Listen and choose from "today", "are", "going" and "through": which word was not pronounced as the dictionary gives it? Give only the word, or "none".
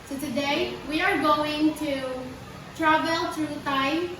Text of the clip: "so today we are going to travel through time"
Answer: through